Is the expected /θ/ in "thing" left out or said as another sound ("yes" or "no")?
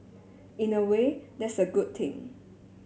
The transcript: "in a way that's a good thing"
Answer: yes